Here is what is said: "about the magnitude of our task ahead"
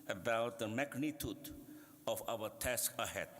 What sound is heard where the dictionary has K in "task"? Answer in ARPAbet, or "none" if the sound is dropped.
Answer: K